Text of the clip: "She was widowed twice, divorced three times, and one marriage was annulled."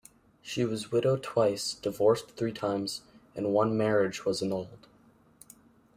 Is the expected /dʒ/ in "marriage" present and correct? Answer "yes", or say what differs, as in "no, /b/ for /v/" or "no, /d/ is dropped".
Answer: yes